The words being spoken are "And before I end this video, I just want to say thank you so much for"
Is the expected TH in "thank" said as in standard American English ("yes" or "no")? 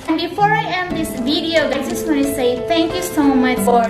no